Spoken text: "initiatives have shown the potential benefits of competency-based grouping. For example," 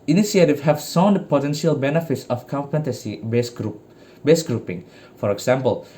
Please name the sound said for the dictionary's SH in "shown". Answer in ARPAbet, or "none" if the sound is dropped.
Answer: S